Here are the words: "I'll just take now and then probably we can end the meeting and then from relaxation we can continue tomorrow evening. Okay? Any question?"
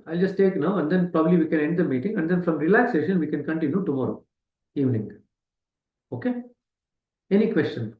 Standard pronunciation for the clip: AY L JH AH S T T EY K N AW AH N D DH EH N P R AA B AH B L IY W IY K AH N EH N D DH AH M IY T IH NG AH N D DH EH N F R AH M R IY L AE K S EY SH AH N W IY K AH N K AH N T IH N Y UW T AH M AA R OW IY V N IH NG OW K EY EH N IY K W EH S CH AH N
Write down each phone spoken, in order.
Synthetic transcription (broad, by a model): AY L JH AH S T T EY K N AW AH N D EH N P R AA B AH B L IY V IY K AH N EH N D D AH M IY T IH NG AH N D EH N F R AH M R IY L AE K S EY SH AH N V IY K AH N K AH N T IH N Y UW T AH M AA R OW IY V N IH NG OW K EY EH N IY K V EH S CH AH N